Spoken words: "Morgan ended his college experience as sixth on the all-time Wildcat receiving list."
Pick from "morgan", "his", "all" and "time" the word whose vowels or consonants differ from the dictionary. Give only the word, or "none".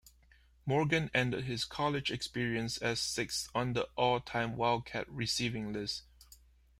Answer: his